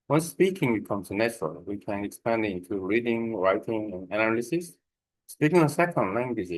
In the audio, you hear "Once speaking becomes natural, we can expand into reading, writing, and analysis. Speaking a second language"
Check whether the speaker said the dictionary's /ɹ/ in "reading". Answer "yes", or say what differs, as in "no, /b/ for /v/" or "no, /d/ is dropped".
yes